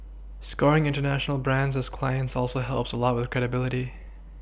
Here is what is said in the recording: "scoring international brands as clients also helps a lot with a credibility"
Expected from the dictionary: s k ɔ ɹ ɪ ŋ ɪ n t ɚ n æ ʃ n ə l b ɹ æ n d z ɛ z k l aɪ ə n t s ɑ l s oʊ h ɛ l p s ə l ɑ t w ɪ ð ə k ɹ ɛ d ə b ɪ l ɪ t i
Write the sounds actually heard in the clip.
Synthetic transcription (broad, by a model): s k ɔ ɹ ɪ ŋ ɪ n t ɚ n æ ʃ n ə l b ɹ æ n d z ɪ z k l aɪ ə n t s ɑ l s oʊ h ɛ l p s ə l ɑ t w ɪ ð k ɹ ɛ d ə b ɪ l ɪ t i